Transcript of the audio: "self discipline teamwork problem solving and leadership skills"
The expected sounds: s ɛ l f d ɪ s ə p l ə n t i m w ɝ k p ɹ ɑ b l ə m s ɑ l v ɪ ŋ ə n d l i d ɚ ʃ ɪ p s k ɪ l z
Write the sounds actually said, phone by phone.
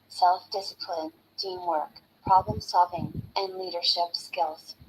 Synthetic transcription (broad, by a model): s ɛ l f d ɪ s ə p l ə n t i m w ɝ k p ɹ ɑ b l ə m s ɑ l v ɪ ŋ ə n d l i d ɚ ʃ ɪ p s k ɪ l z